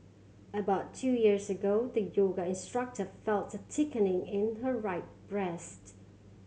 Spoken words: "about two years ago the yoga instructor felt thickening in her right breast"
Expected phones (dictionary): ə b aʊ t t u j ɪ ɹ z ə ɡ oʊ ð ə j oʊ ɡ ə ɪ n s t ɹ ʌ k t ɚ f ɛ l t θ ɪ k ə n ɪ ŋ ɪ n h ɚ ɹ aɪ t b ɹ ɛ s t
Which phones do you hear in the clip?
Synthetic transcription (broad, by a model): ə b aʊ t t u j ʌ ɹ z ə ɡ oʊ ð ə j oʊ ɡ ə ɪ n s t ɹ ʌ k t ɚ f ɛ l t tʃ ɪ k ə n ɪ ŋ ɪ n h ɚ ɹ aɪ t b ɹ ɛ s t